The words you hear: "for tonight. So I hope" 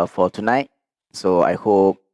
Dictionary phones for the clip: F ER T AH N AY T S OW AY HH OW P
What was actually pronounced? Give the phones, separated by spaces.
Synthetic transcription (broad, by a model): F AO T AH N AY T S OW AY HH OW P